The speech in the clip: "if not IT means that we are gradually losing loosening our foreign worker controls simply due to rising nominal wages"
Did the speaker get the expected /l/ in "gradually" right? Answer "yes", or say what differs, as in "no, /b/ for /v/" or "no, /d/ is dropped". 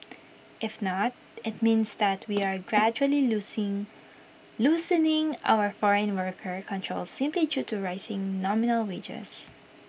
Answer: no, /l/ is dropped